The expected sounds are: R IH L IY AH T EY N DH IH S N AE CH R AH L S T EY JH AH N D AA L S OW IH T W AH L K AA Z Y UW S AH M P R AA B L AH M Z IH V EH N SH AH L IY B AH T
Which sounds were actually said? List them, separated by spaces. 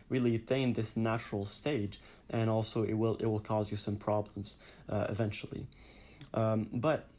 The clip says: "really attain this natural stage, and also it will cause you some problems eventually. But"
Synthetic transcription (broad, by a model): R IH L IY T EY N DH IH S N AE CH R L S T EY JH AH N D AA L S OW IH T W AH L K AA Z Y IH S AH M P R AA B L AH M Z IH V EH N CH L IY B AH T